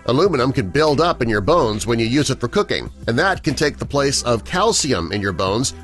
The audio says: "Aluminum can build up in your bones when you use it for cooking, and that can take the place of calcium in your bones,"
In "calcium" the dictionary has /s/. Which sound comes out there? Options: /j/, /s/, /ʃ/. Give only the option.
/s/